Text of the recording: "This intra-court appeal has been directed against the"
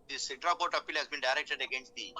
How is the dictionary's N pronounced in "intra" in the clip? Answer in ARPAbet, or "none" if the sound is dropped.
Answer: none